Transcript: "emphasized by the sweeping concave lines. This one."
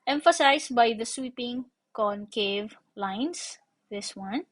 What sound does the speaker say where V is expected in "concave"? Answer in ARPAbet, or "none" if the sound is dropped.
V